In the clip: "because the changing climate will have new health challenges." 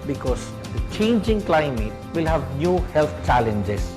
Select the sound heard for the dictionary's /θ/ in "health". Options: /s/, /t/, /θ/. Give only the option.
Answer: /t/